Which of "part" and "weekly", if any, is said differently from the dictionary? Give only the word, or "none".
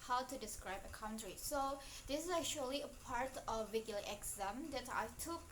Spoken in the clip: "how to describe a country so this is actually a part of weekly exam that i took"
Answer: weekly